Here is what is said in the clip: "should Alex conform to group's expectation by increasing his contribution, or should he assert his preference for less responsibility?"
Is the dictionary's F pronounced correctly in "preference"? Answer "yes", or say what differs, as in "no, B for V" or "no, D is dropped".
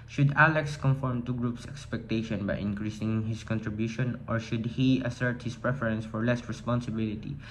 yes